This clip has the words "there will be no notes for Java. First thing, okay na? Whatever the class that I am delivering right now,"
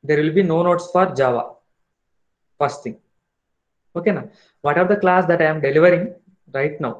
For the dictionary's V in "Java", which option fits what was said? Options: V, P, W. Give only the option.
V